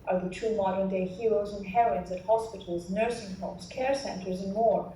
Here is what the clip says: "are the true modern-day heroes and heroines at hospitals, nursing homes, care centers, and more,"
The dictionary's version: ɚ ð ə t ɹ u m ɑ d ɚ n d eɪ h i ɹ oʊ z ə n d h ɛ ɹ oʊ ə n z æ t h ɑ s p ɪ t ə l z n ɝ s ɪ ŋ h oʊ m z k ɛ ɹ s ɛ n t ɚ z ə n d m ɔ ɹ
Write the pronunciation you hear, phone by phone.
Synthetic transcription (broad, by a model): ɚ ð ə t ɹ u m ɑ d ɚ n d eɪ h i ɹ oʊ z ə n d h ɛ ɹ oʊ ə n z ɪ t h ɑ s p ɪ t l z n ɝ s ɪ ŋ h oʊ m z k ɛ ɹ s ɛ n t ɚ z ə n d m ɔ ɹ